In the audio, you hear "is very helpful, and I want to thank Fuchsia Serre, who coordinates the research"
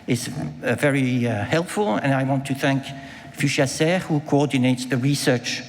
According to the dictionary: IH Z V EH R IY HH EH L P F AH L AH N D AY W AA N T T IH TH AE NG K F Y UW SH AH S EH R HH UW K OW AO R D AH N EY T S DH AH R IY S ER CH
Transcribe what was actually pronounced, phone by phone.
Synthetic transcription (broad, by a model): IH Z V EH R IY HH EH L P F AH L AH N AY W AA N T T IH TH AE NG K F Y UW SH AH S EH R HH UW K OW AO R D N EY T S DH AH R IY S ER CH